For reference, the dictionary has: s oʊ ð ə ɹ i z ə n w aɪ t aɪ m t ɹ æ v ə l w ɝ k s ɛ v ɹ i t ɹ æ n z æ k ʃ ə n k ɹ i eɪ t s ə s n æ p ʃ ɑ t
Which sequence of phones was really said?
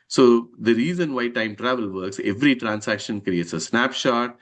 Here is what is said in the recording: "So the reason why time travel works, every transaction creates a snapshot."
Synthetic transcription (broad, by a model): s oʊ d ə ɹ i z ə n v aɪ t aɪ m t ɹ æ v ə l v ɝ k s ɛ v ɹ i t ɹ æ n s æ k ʃ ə n k ɹ i eɪ t s ə s n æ p ʃ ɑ t